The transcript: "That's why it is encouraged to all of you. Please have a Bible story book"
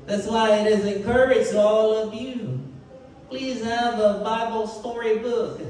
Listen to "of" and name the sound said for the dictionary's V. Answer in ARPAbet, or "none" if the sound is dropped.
V